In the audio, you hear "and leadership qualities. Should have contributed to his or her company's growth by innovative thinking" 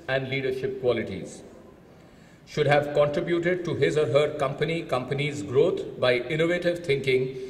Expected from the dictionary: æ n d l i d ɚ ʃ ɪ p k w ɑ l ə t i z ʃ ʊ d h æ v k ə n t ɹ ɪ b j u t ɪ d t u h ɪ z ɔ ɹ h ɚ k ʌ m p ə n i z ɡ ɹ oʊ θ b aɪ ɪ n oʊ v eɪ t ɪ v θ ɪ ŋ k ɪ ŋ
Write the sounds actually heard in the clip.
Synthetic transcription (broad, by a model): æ n d l i d ɚ ʃ ɪ p k w ɑ l ə t i z ʃ ʊ d h æ v k ə n t ɹ ɪ b j u t ɪ d t u h ɪ z ɔ ɹ h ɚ k ʌ m p ə n i z ɡ ɹ oʊ t b aɪ ɪ n oʊ v eɪ t ɪ v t ɪ ŋ k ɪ ŋ